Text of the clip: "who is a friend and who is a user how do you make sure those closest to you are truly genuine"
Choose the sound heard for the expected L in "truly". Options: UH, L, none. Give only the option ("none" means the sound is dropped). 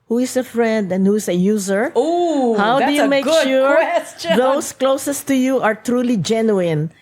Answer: L